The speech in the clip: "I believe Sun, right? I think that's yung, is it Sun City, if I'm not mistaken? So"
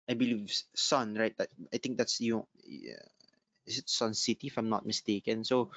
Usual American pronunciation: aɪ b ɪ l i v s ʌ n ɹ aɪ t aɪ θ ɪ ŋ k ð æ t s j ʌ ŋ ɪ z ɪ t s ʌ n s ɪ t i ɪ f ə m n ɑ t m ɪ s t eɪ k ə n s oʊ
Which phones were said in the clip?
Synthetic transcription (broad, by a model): aɪ b ɪ l i v s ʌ n ɹ aɪ t aɪ t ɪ ŋ k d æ t s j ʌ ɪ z ɪ t s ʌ n s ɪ t i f ə m n ɑ t m ɪ s t eɪ k ə n s oʊ